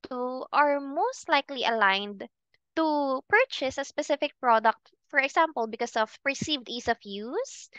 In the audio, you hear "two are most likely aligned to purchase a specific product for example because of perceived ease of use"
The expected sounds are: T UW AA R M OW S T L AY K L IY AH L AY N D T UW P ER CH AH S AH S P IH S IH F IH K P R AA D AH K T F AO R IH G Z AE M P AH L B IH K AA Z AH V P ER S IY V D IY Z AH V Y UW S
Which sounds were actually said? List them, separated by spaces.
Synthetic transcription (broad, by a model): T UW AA R M OW S T L AY K L IY AH L AY N D T UW P ER CH AH S AH S P IH S IH F IH K P R AA D AH K T F AO R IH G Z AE M P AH L B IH K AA S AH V P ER S IY V D IY S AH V Y UW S